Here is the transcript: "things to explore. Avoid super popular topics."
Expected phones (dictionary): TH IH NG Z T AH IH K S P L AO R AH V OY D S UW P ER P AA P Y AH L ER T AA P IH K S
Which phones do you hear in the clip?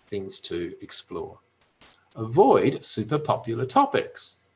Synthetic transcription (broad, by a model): TH IH NG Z T AH IH K S P L AO R AH V OY D S UW P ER P AA P Y L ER T AA P IH K S